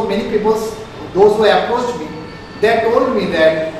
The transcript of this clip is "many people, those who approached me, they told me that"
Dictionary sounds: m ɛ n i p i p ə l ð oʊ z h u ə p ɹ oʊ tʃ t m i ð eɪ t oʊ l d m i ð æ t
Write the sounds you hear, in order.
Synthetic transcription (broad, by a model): m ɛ n i p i p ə l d oʊ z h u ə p oʊ s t m i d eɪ t oʊ l d m i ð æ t